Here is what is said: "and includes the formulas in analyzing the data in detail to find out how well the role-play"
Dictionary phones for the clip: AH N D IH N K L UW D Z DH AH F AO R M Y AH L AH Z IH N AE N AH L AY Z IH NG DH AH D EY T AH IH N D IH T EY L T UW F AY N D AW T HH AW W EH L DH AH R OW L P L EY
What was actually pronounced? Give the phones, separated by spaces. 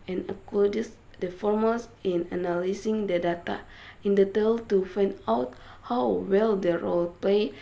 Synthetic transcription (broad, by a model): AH N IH K UW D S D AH F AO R M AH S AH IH N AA N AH L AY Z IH NG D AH D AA T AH IH N D IH T EY L T UW F AY N D AW T HH AW W EH L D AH R OW L P L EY